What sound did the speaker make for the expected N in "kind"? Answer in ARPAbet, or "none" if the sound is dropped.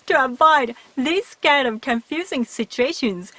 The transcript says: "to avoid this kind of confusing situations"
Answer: none